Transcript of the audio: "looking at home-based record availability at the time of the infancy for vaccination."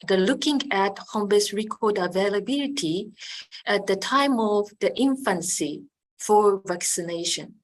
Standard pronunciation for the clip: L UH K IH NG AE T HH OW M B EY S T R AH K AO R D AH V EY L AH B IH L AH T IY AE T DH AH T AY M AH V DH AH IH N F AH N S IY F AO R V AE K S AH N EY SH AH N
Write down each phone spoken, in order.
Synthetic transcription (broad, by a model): L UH K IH NG AE T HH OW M B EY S R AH K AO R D AH V EY L AH B IH L AH T IY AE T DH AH T AY M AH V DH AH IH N F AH N S IY F AO R V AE K S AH N EY SH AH N